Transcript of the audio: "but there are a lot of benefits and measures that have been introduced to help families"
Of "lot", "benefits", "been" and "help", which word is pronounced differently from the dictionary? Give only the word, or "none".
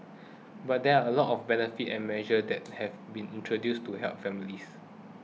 benefits